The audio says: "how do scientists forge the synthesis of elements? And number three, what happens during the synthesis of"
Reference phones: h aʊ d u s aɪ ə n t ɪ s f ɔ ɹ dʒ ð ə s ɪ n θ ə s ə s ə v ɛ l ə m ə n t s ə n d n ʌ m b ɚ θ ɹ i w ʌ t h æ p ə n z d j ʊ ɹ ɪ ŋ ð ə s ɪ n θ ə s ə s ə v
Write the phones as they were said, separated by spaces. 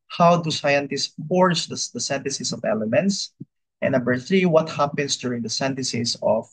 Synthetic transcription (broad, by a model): h aʊ d u s aɪ ə n t ɪ s p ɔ ɹ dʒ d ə s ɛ n t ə s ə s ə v ɛ l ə m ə n t s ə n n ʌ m b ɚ θ ɹ i w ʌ t h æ p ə n s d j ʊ ɹ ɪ ŋ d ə s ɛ n t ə s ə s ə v